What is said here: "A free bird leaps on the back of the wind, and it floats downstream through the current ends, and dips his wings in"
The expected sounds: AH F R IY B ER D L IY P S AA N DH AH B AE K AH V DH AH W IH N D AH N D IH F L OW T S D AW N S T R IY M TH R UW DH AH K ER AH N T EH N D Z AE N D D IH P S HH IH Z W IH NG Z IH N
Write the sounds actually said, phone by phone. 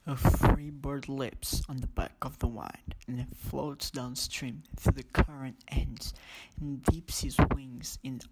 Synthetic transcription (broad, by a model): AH F R IY B ER D L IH P S N DH AH B AE K AH V DH AH W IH N D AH N IH F L OW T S D AW N S T R IY M TH R UW DH AH K ER AH N T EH N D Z N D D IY P S HH IH Z W IH NG Z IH N